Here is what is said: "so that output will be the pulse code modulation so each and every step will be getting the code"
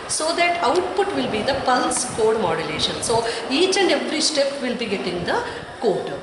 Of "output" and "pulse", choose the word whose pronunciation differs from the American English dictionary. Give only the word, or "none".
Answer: none